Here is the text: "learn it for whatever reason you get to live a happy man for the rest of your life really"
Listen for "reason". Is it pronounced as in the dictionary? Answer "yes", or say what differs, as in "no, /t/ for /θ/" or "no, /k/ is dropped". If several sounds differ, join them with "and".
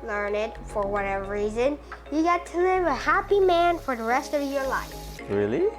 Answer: yes